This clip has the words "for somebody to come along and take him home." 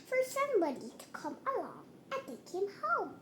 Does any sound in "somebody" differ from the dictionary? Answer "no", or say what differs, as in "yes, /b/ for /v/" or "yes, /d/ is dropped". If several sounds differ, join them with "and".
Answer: yes, /b/ is dropped